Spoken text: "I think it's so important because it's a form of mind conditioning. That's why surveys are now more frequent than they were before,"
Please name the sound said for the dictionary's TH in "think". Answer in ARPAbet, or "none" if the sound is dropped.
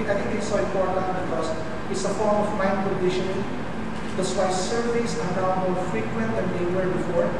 T